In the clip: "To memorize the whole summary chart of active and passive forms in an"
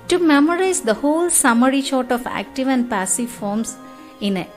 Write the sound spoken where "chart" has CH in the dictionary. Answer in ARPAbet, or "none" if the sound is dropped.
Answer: SH